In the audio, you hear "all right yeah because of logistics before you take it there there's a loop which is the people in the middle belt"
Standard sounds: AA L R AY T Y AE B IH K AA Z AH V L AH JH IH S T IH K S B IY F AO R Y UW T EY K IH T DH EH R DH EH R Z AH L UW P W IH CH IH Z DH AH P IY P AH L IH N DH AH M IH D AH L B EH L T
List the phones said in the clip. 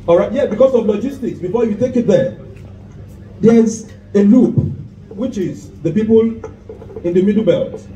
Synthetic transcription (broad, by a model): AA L R AY T Y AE B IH K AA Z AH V L AH JH IH S T IH K S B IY F AO Y UW T EY K IH T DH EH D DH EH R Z AH L UW P W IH CH IH Z DH AH P IY P AH L IH N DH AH M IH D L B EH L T